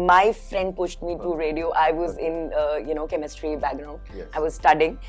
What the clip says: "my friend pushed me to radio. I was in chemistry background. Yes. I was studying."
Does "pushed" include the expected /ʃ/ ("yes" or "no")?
yes